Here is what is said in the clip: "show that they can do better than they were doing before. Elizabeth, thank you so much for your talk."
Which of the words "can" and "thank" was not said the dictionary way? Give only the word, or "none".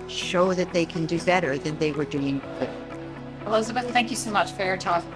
none